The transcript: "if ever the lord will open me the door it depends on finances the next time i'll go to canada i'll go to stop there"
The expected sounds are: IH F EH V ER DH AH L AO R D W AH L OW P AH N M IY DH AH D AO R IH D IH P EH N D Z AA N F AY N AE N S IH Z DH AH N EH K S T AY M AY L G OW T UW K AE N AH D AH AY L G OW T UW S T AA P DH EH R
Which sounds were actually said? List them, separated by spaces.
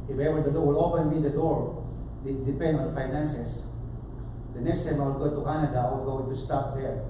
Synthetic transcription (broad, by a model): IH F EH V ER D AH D AO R W AH L OW P AH N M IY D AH D AO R IH D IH P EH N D AA N F AY N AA N S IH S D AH N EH K S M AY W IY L G OW T UW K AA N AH D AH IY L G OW T UW S T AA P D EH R